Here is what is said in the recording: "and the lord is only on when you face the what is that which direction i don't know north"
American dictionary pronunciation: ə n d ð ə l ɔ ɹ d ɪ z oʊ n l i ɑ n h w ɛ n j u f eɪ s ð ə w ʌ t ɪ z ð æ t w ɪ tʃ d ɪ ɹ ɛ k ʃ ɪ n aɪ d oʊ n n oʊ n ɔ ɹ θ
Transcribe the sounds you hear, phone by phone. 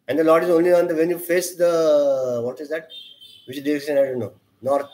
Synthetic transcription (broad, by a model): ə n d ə l ɔ ɹ d ɪ z oʊ n l i ɑ n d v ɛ n j u f eɪ s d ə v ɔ t ɪ z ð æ t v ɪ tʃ d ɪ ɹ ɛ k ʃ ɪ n aɪ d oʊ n n oʊ n ɔ ɹ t